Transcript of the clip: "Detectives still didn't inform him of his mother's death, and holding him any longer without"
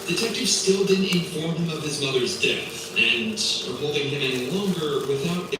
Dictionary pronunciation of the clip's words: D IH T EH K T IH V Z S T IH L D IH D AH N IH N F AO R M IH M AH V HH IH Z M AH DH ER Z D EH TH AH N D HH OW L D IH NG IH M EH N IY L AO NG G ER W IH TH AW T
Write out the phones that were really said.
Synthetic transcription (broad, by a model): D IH T EH K T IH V S T IH L D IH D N IH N F AO R M IH M AH V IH Z M AH DH ER Z D EH TH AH N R HH OW L D IH NG IH M EH N IY L AO NG G ER W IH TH AW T